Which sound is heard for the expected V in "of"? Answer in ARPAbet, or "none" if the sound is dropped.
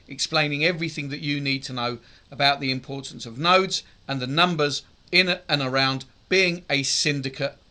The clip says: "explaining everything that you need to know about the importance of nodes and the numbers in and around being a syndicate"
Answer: V